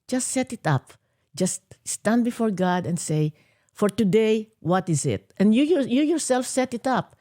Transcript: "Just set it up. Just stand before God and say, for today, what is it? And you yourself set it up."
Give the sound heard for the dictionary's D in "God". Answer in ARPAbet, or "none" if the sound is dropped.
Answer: D